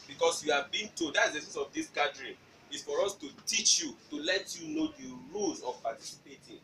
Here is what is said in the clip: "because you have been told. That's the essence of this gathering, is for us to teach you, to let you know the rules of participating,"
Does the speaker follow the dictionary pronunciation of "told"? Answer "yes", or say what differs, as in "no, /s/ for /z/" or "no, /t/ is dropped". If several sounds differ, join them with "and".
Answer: no, /l/ is dropped